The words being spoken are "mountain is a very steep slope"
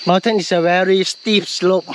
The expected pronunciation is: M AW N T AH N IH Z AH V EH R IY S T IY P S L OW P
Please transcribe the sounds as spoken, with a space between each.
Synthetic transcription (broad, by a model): M AW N T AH N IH S AH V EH R IY S T IY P S L OW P